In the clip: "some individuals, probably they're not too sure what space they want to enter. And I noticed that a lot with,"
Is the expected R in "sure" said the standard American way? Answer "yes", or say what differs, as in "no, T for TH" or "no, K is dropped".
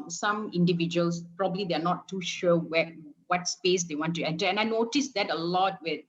no, W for R